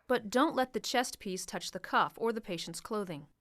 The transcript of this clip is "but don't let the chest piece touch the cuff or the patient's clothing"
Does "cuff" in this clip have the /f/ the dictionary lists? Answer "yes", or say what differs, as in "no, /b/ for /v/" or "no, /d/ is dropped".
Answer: yes